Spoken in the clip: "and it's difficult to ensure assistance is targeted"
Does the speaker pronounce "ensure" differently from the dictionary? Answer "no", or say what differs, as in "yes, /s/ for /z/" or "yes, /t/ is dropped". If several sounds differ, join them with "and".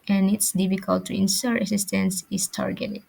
yes, /s/ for /ʃ/